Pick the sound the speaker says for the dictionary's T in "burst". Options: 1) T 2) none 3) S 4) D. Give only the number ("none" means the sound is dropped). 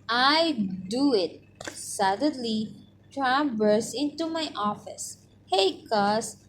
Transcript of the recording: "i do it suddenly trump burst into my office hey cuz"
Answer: 2